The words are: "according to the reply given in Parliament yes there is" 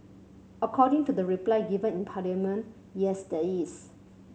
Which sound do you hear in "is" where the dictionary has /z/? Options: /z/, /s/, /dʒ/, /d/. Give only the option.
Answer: /s/